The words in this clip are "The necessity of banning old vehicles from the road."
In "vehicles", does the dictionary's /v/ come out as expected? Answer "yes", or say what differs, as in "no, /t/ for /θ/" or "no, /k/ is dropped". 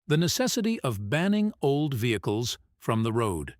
yes